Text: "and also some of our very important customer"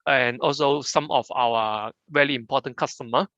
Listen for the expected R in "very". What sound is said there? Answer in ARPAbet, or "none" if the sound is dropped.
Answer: L